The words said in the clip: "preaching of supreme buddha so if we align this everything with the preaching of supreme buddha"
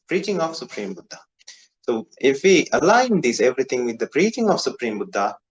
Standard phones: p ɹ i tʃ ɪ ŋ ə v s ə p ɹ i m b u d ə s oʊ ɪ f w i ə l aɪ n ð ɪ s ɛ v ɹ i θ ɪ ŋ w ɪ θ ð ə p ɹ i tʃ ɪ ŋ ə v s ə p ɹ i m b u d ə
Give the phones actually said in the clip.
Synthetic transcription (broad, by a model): p ɹ i tʃ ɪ ŋ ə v s ə p ɹ i m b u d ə s oʊ ɪ f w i ə l aɪ n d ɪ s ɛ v ɹ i t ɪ ŋ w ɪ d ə p ɹ i tʃ ɪ ŋ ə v s ə p ɹ i m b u d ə